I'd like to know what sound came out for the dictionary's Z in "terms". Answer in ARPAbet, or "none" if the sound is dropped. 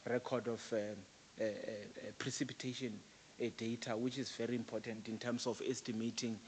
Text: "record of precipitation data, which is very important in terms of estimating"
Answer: S